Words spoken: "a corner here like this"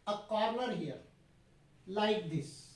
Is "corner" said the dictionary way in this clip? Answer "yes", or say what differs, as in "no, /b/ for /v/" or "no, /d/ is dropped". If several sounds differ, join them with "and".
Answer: no, /l/ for /n/